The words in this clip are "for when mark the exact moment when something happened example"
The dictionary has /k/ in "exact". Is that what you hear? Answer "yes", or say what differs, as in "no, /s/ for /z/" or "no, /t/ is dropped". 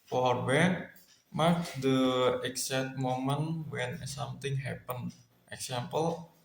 no, /k/ is dropped